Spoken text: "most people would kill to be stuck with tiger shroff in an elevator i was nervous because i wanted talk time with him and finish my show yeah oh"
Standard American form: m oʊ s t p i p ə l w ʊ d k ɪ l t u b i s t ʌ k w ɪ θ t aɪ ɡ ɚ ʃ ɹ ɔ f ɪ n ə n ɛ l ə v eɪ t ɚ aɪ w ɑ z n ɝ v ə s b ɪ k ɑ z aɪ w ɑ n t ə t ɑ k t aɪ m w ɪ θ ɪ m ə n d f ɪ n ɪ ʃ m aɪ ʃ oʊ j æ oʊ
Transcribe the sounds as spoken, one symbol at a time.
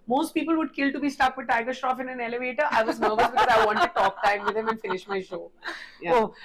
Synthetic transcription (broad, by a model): m oʊ s t p i p ə l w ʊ d k ɪ l t u b i s t ʌ k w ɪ t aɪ ɡ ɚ ʃ ɹ ɔ f ɪ n ə n ɛ l ə v eɪ t ɚ aɪ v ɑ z n ɝ v ə s b ɪ k ɑ z aɪ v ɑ n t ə t ɑ k t aɪ m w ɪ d ɪ m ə n f ɪ n ɪ ʃ m aɪ ʃ oʊ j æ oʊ